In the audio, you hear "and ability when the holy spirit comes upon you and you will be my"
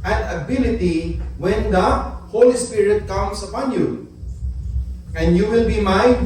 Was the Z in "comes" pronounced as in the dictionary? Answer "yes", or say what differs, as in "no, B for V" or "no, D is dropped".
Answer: no, S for Z